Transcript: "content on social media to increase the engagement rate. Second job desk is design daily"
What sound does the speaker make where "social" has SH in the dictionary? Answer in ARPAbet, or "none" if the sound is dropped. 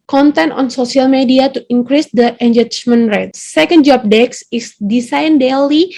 S